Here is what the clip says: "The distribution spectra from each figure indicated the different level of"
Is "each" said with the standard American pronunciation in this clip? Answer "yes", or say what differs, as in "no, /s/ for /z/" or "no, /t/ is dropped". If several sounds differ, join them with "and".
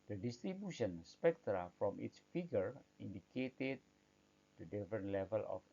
no, /s/ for /tʃ/